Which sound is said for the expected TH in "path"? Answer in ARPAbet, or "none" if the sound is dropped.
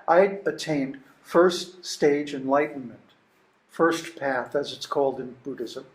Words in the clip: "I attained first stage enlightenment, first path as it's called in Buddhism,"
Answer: TH